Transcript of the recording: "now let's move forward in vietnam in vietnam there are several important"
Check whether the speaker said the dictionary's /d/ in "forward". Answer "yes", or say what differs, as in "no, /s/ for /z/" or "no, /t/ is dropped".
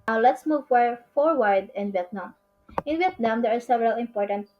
yes